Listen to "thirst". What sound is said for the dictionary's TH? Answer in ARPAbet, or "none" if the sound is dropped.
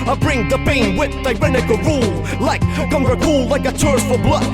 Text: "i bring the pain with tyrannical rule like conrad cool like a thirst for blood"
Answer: T